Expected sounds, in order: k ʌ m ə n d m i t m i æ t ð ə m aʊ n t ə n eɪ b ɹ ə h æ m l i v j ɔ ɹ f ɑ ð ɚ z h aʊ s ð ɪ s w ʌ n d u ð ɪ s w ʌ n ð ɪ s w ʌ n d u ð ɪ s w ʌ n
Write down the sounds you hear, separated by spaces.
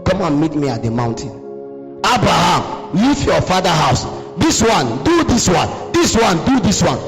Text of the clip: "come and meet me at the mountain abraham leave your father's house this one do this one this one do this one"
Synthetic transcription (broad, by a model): k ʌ m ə n m i t m i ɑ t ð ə m aʊ n t ə n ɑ b ɹ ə h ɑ m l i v j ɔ f ɑ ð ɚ h aʊ s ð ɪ s w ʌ n d u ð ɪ s w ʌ n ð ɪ s w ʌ n d u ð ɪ s w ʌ n